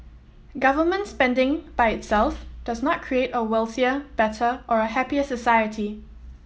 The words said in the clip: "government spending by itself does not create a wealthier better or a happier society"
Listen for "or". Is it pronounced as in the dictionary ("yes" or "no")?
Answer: yes